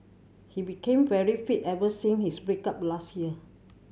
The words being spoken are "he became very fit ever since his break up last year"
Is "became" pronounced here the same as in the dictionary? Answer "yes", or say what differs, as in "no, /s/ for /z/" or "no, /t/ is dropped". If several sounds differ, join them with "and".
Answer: yes